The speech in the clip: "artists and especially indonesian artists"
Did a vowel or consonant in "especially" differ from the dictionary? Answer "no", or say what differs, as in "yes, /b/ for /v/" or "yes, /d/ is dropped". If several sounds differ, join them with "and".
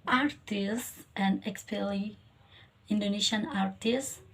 yes, /ʃ/ is dropped